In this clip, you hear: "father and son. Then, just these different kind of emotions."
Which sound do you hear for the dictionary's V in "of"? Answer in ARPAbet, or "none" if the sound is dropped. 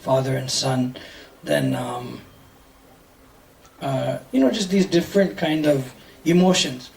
V